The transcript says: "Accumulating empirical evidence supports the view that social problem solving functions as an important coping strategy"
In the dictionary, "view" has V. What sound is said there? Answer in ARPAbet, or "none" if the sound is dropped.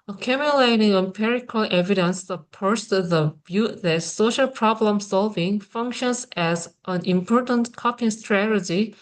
B